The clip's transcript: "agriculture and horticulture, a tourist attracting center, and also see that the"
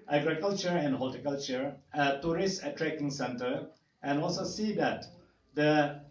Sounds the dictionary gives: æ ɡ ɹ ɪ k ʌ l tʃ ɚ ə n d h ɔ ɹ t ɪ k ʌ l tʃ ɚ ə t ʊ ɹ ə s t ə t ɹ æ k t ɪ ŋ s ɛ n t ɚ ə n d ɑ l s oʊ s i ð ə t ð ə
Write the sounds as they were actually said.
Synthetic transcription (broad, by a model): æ ɡ ɹ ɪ k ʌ l tʃ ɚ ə n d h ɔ l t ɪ k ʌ l tʃ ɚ ə t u ɹ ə s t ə t ɹ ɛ k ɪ ŋ s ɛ n t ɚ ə n ɑ l s oʊ s i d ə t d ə